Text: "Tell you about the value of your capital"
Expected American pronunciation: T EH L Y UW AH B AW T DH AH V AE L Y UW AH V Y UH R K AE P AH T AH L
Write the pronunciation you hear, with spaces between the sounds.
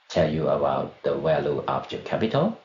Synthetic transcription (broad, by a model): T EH L Y UW AH B AW T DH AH W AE L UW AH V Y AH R K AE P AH T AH L